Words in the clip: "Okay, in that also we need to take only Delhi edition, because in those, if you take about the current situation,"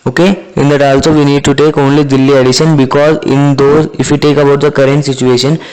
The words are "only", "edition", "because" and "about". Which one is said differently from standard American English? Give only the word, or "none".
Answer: none